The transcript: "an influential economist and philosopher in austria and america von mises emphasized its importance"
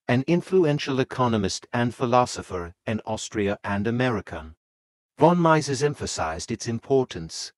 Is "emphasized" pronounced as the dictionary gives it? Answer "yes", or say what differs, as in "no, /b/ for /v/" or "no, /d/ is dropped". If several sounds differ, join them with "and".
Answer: yes